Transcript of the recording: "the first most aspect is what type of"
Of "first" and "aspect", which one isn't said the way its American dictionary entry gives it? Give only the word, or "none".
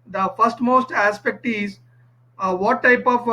none